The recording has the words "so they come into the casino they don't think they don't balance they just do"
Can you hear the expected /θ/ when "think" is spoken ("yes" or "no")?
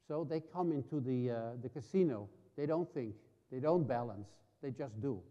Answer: yes